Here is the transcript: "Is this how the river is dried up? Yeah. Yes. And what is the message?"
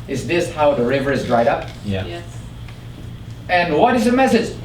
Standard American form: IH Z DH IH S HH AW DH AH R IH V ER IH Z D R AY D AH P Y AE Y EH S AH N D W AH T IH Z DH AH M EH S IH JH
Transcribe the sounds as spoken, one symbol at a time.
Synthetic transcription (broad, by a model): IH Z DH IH S HH AW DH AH R IH V ER IH Z D R AY D AH P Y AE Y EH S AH N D W AH T IH Z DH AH M EH S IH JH